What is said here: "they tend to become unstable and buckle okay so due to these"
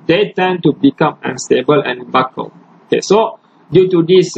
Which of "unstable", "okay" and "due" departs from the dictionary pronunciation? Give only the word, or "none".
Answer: none